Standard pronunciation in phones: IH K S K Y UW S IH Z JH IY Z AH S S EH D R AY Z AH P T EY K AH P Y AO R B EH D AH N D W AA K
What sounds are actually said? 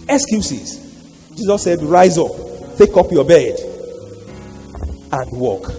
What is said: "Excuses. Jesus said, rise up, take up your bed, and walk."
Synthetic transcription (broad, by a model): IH K S K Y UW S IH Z JH IY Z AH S S EH D R AY Z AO P T EY K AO P Y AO B EH D AH N D W AA K